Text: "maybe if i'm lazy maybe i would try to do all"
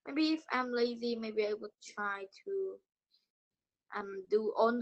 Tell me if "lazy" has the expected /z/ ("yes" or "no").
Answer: yes